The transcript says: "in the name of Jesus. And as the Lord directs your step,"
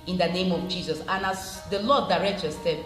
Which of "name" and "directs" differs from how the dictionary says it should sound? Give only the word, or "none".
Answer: directs